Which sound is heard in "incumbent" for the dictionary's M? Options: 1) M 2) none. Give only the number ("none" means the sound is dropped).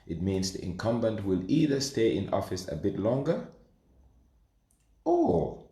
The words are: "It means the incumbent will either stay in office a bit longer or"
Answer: 1